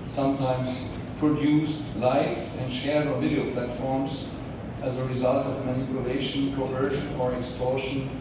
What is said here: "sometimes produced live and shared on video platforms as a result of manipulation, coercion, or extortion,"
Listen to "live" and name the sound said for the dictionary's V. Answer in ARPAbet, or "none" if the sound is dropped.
F